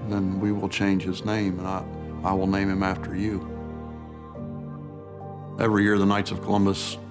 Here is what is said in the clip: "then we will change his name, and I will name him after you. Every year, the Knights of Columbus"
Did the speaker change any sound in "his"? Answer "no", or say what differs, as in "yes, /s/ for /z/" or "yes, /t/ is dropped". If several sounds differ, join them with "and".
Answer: no